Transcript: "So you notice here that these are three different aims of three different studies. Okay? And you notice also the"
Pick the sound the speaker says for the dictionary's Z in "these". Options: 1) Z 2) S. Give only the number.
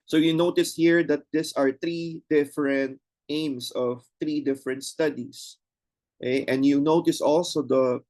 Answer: 2